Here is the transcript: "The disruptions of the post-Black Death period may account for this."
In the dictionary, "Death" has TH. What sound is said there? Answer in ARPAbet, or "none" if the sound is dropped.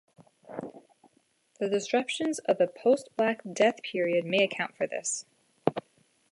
TH